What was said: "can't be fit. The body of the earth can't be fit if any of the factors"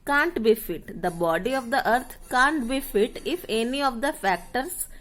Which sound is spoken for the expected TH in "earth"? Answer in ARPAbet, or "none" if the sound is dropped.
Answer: T